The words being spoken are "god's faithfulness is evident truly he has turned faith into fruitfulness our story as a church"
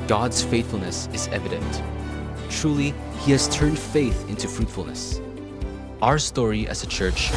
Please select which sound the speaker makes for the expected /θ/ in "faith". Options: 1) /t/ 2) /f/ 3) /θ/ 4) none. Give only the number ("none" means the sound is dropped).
3